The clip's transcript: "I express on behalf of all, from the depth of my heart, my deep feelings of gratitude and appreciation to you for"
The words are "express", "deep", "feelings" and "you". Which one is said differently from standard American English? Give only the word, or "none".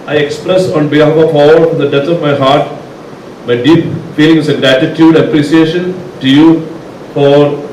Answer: feelings